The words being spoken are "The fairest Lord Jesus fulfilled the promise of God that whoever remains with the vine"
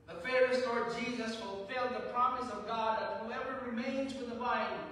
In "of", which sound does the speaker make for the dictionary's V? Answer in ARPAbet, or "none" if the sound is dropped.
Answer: V